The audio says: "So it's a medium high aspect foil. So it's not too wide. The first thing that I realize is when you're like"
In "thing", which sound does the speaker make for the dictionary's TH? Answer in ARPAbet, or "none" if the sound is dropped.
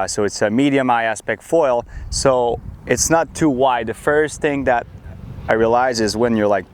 TH